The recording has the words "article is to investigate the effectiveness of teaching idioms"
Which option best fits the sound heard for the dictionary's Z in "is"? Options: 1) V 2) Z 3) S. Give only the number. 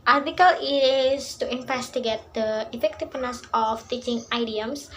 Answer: 3